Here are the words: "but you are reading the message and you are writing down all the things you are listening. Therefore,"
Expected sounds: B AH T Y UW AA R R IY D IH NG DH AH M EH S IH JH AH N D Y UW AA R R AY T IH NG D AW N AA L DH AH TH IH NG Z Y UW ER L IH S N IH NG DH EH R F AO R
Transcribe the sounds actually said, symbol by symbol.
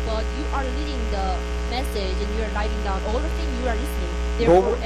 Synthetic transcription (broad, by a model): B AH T Y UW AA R L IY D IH NG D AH M EH S IH JH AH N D Y UW AA R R AY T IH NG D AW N AA L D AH T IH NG Y UW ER L IH S N IH NG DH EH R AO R